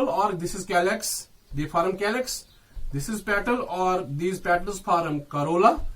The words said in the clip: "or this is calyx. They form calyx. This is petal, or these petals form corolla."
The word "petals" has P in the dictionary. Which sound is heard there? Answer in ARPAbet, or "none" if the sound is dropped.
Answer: P